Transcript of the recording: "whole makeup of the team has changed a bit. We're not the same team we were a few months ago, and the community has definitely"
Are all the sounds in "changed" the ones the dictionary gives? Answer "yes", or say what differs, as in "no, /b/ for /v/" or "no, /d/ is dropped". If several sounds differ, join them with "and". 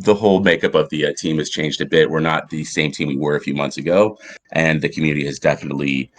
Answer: yes